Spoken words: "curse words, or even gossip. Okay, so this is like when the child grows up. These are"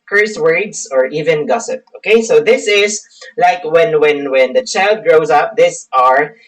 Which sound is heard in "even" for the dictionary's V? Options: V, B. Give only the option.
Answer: V